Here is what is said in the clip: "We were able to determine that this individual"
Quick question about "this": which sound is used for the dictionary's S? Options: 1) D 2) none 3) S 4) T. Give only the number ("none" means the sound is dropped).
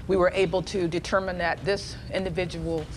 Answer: 3